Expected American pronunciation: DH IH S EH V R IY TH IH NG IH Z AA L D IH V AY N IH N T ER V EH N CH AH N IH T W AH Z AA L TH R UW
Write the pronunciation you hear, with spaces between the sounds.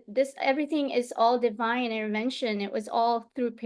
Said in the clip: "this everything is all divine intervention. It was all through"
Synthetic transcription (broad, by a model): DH IH S EH V R IY TH IH NG IH Z AA L D IH V AY N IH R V EH N SH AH N IH T W AH Z AA L TH R UW